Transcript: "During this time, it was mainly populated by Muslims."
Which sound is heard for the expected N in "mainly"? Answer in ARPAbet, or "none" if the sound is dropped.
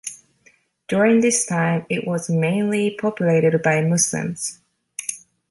N